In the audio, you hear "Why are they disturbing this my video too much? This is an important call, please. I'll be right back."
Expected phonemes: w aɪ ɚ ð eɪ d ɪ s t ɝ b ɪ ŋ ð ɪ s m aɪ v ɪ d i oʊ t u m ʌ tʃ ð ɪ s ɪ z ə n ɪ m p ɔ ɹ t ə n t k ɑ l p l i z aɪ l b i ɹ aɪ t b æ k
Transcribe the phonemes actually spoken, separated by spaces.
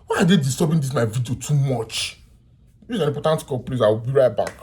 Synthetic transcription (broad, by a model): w aɪ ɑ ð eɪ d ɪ s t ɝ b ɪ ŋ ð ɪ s m aɪ v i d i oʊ t u m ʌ tʃ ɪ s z ə n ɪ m p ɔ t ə n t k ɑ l p l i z aɪ w b i ɹ aɪ t b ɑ k